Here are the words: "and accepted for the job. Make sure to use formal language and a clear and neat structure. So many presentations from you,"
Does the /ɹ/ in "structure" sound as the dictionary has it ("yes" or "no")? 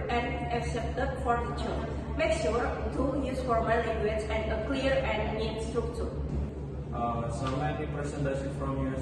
no